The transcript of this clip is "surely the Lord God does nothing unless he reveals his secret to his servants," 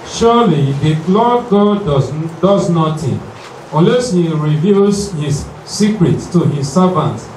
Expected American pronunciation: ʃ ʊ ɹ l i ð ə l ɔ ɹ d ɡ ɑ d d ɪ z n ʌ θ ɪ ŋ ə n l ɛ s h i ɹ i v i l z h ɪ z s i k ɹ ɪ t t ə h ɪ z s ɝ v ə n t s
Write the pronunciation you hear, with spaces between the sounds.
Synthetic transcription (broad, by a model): ʃ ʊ l i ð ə l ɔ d ɡ ɑ d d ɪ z n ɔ t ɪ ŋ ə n l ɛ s h i ɹ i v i l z h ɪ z s i k ɹ ɪ t t ə h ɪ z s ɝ v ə n t